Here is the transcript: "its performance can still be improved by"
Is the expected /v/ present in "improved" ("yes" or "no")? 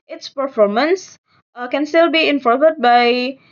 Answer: no